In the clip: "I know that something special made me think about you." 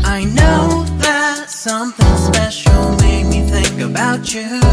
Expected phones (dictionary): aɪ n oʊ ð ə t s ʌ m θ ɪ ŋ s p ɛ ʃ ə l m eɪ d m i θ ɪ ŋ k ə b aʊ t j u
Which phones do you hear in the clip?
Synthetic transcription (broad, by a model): aɪ n oʊ ð ə t s ʌ m θ ɪ ŋ s p ɛ ʃ l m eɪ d m i θ ɪ ŋ k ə b aʊ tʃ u